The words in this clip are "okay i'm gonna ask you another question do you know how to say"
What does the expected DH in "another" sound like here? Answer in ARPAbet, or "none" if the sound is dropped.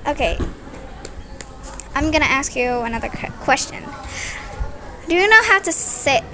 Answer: DH